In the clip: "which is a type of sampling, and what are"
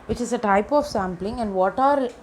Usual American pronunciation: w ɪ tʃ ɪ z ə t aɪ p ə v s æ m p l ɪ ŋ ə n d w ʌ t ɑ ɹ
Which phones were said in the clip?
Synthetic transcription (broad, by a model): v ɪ tʃ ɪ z ə t aɪ p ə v s æ m p l ɪ ŋ ə n d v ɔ t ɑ ɹ